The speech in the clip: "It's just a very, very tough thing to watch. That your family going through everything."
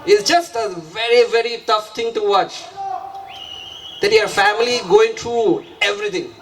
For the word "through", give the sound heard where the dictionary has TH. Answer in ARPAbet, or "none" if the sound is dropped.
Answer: T